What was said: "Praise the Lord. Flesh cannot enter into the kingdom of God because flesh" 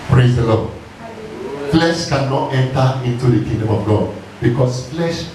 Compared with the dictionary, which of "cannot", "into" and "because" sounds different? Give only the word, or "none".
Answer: because